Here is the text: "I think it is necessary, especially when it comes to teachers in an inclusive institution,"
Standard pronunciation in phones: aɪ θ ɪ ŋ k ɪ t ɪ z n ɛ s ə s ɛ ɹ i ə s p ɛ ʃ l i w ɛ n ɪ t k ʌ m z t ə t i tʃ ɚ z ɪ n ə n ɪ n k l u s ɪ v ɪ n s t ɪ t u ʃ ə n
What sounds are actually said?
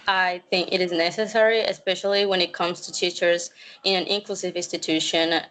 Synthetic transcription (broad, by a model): aɪ θ ɪ ŋ k ɪ t ɪ z n ɛ s ə s ɛ ɹ i ə s p ɛ ʃ l i w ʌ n ɪ t k ʌ m z t ə t i tʃ ɚ z ɪ n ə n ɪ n k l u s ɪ v ɪ n s t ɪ t u ʃ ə n